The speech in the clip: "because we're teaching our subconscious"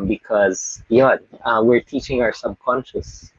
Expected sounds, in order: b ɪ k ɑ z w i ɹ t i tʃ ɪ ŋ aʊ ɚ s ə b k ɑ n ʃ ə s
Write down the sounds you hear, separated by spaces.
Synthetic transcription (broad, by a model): b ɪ k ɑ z w i ɹ t i tʃ ɪ ŋ aʊ ɚ s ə b k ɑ n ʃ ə s